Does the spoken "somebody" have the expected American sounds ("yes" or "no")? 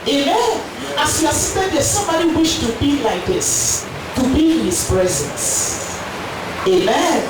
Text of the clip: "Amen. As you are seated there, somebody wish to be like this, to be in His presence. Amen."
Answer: no